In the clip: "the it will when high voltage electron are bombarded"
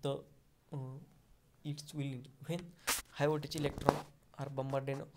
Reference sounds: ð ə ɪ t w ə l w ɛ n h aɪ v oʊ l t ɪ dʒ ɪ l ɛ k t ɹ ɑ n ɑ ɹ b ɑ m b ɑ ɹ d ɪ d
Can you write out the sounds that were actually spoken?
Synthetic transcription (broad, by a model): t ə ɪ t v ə l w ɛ n h aɪ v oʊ t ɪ tʃ ɪ l ɛ k t ɹ ɑ n ɑ ɹ b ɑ m b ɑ ɹ d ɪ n